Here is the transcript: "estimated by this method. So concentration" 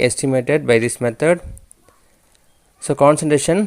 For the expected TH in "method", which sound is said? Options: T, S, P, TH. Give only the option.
T